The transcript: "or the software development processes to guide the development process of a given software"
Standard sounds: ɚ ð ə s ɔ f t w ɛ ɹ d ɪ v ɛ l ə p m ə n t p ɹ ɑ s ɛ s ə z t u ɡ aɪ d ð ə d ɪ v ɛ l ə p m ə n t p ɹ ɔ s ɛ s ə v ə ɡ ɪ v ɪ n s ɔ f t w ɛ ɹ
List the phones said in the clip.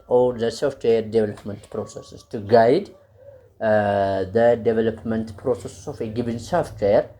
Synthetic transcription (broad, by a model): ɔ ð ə s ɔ f t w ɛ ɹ d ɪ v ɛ l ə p m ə n t p ɹ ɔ s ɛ s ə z t u ɡ aɪ d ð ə d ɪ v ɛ l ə p m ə n t p ɹ ɔ s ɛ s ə f ə ɡ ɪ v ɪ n s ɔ f t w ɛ ɹ